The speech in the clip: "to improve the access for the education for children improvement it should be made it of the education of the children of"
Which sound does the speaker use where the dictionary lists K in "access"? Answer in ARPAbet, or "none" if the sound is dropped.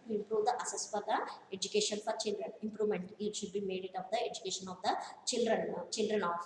none